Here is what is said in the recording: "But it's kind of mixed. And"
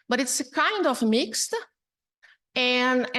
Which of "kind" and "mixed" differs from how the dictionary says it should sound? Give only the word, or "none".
none